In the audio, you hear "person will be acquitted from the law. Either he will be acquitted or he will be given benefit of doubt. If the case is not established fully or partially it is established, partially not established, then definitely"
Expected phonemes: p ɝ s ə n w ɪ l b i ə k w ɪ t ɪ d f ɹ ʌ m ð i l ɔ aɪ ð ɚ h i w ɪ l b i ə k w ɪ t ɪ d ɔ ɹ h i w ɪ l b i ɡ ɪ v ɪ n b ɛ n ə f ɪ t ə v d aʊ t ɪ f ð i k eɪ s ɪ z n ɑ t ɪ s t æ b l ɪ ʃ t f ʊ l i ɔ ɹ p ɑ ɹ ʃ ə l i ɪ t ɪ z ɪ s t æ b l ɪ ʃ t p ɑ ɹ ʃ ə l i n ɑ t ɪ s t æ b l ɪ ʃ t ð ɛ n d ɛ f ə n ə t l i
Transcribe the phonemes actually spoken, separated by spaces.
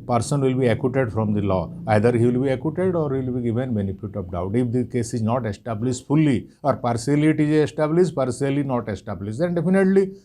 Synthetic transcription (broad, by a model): p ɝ s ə n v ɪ l b i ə k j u t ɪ d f ɹ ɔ m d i l ɔ aɪ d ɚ h i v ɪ l b i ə k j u t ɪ d ɔ ɹ h i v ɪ l b i ɡ ɪ v ɪ n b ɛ n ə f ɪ t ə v d aʊ t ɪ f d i k eɪ s ɪ z n ɑ t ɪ s t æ b l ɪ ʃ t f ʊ l i ɔ ɹ p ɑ ɹ s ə l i t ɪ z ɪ s t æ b l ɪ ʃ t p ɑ ɹ s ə l i n ɑ t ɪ s t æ b l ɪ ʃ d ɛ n d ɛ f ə n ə t l i